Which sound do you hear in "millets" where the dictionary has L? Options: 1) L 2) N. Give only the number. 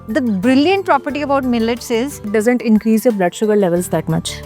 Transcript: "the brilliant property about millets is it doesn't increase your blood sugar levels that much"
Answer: 1